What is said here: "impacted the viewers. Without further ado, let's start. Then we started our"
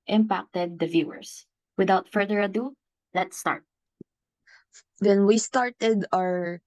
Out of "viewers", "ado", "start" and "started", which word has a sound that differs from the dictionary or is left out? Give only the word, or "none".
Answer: viewers